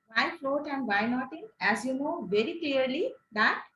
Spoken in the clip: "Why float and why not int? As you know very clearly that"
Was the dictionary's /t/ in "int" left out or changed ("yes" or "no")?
yes